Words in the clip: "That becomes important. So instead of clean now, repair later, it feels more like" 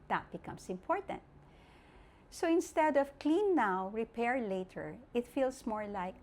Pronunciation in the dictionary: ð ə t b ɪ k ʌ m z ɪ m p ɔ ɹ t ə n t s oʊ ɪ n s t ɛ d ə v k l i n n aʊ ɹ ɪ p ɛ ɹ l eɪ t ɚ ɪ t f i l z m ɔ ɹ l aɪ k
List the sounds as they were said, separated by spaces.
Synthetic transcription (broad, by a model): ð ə t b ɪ k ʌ m s ɪ m p ɔ ɹ t ə n t s oʊ ɪ n s t ɛ d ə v k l i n n aʊ ɹ ɪ p ɛ ɹ l eɪ t ɚ ɪ t f i l s m ɔ ɹ l aɪ k